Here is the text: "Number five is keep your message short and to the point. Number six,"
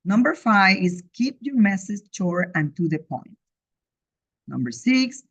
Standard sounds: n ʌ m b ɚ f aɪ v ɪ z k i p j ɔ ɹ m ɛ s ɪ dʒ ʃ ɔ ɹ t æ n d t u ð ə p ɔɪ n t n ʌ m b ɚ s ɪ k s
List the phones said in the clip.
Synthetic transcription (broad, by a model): n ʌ m b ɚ f aɪ v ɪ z k i p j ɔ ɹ m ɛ s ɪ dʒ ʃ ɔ ɹ æ n t u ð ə p ɔɪ n t n ʌ m b ɚ s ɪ k s